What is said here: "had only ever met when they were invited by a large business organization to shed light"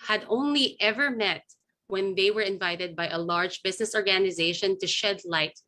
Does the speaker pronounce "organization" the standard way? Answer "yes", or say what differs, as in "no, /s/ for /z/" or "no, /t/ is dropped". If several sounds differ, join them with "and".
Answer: yes